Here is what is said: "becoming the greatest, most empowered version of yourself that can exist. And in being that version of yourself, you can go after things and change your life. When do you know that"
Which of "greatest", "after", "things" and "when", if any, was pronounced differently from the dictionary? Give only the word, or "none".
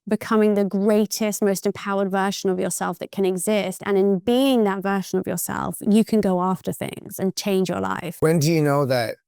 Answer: none